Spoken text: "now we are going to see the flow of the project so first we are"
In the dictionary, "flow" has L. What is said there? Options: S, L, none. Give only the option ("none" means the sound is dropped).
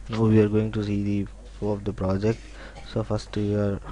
none